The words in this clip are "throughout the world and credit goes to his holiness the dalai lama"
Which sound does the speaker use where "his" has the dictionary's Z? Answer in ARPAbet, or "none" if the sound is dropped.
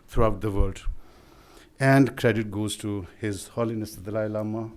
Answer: Z